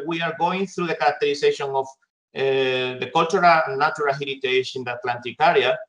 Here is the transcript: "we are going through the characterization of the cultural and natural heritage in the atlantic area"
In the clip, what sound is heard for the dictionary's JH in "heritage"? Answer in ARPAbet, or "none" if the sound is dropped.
SH